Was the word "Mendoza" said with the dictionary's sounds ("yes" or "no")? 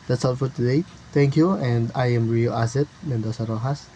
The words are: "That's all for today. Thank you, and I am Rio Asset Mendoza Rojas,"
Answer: no